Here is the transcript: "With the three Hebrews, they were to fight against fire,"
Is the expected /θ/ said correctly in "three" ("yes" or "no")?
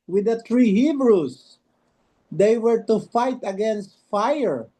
no